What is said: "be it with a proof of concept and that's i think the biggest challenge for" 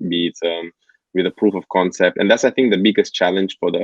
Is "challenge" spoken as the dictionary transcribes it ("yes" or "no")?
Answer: yes